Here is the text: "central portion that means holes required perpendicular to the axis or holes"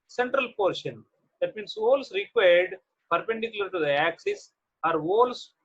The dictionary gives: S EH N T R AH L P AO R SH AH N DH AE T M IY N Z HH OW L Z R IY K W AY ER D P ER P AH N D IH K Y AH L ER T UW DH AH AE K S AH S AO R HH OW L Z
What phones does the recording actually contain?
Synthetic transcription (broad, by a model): S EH N T R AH L P AO R SH AH N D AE T M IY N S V OW L S R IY K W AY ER D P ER P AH N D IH K Y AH L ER T UW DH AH AE K S AH S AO R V OW L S